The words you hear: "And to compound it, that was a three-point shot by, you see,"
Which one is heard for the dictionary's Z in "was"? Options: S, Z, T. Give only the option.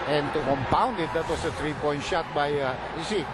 S